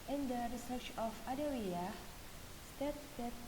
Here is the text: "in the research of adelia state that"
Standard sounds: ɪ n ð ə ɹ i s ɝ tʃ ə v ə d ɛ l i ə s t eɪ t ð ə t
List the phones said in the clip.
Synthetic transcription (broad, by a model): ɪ n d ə ɹ i s ɝ tʃ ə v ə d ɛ w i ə s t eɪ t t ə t